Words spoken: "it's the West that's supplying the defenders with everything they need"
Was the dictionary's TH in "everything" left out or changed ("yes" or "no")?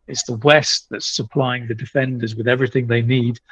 no